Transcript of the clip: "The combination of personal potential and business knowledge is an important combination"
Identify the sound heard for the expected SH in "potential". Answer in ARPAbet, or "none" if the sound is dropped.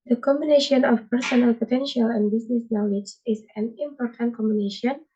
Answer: SH